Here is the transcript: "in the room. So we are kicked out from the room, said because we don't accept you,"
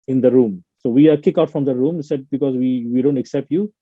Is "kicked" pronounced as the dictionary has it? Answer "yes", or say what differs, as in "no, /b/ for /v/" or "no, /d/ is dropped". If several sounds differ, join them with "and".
no, /t/ is dropped